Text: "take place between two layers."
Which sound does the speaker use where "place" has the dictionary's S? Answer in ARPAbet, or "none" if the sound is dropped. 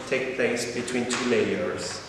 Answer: S